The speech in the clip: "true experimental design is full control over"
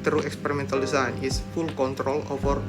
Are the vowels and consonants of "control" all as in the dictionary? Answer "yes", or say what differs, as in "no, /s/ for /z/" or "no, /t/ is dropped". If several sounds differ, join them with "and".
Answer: yes